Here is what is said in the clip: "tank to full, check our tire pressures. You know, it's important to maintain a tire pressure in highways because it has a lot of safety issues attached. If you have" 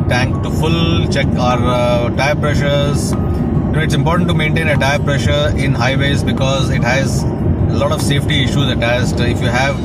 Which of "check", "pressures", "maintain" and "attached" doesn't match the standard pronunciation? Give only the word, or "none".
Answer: attached